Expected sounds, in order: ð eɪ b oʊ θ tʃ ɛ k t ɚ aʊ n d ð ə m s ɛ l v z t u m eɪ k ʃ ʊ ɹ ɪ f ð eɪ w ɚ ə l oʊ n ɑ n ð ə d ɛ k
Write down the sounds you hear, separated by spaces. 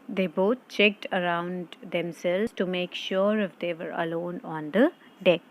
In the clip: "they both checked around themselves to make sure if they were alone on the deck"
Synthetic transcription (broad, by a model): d eɪ b oʊ t tʃ ɛ k t ɚ aʊ n d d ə m s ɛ l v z t u m eɪ k ʃ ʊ ɹ ɪ f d eɪ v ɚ ə l oʊ n ɑ n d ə d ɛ k